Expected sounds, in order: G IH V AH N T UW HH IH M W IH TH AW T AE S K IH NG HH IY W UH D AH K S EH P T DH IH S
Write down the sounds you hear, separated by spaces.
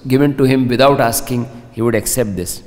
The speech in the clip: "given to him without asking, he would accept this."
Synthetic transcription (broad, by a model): G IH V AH N T UW HH IH M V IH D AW T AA S K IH NG HH IY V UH D AH K S EH P T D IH S